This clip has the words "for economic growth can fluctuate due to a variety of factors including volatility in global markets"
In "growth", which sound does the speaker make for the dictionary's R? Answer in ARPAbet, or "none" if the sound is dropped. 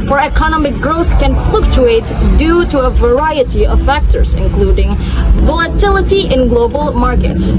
R